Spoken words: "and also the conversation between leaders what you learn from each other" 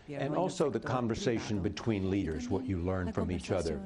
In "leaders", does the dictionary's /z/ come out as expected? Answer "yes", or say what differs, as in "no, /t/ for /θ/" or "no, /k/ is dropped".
yes